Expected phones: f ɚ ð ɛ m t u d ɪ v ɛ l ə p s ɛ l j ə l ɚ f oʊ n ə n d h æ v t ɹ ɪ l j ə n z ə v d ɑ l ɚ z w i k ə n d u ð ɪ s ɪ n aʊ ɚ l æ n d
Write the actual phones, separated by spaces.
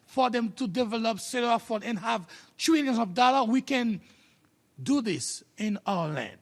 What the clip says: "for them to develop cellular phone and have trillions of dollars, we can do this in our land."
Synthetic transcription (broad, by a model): f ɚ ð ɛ m t u d ɪ v ɛ l ə p s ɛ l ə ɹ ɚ f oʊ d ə n h æ v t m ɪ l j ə n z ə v d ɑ l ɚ w i k ə n d u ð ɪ s ɪ n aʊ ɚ l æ n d